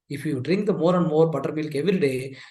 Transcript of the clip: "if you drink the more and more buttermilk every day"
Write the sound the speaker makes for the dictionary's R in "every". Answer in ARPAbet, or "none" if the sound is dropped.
none